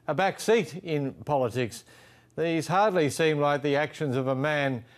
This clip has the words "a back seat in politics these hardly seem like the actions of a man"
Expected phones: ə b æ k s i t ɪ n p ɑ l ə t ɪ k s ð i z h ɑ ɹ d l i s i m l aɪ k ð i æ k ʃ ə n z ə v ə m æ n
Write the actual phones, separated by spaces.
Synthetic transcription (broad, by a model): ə b æ k s i t ɪ n p ɑ l ə t ɪ k s ð i z h ɑ ɹ d l i s i m l aɪ k ð i æ k ʃ ə n z ə v ə m æ n